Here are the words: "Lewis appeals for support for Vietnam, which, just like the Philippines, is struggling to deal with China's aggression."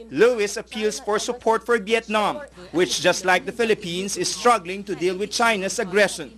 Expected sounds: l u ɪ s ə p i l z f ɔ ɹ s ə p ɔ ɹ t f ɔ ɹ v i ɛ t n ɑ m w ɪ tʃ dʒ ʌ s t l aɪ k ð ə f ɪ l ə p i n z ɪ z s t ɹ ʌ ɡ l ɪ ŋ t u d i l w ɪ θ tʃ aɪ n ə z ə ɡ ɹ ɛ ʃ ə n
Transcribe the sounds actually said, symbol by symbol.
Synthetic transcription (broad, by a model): l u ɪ s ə p i l s f ɔ ɹ s ə p ɔ ɹ t f ɔ ɹ v i ɛ t n ɑ m w ɪ tʃ dʒ ʌ s t l aɪ k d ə f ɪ l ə p i n s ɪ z s t ɹ ʌ ɡ l ɪ ŋ t u d i l w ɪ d tʃ aɪ n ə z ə ɡ ɹ ɛ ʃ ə n